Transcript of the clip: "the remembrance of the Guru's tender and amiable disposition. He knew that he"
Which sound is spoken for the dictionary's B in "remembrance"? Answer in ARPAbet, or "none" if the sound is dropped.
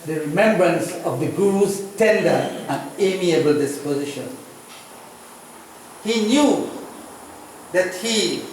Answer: B